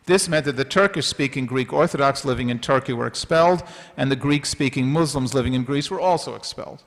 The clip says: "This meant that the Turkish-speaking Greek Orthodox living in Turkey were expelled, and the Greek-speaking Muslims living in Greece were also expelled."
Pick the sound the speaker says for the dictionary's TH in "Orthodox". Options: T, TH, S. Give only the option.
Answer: TH